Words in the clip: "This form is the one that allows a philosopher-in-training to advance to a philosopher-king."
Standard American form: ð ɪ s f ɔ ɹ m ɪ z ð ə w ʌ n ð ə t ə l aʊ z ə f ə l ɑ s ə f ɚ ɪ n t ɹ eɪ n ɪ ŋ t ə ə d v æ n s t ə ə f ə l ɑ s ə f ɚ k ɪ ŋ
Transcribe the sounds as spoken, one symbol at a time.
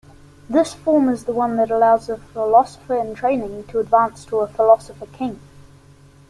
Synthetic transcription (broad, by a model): ð ɪ s f ɔ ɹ m ɪ z ð ə w ʌ n ð ə t ə l aʊ z ə f ə l ɑ s ə f ɚ ɪ n t ɹ eɪ n ɪ ŋ t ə ə d v æ n s t ə ə f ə l ɑ s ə f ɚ k ɪ ŋ